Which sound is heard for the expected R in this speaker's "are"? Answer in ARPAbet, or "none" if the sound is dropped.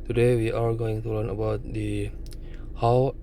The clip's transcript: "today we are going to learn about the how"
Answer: L